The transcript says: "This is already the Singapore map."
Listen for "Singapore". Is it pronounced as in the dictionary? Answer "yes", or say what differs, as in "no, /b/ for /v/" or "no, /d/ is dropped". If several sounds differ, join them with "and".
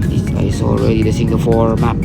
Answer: no, /f/ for /p/